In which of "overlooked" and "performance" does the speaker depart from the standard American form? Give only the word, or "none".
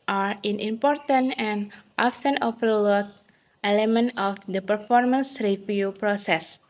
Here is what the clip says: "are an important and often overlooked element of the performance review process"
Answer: overlooked